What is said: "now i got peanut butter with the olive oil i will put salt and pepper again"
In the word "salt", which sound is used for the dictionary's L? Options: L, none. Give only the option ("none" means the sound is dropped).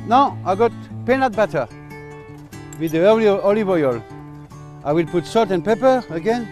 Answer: none